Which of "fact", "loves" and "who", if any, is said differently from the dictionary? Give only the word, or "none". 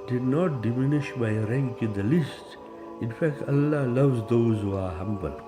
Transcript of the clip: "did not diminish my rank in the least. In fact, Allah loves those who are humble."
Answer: none